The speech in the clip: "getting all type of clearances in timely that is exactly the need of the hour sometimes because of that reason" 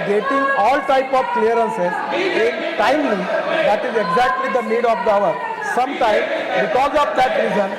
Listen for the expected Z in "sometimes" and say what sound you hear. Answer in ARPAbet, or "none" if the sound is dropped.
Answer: none